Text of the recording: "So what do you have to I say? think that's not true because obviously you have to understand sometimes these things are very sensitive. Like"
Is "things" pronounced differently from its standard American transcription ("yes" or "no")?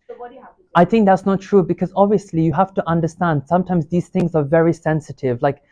no